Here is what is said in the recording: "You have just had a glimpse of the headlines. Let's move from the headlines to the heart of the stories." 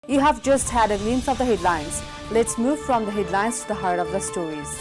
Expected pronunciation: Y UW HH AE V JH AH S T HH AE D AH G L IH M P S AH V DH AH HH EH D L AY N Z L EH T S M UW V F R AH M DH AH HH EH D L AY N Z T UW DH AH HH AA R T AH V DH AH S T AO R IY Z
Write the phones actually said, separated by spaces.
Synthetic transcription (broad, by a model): Y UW HH AE V JH AH S T HH AE D AH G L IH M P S AH V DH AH HH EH D L AY N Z L EH T S M UW V F R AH M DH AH HH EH D L AY N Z T UW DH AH HH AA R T AH V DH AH S T AO R IY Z